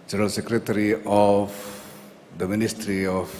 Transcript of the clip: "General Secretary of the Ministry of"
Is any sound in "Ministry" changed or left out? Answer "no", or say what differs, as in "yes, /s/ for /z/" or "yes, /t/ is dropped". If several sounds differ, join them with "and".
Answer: no